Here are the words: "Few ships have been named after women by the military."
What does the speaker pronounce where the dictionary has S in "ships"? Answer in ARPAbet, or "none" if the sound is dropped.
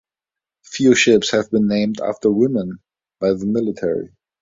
S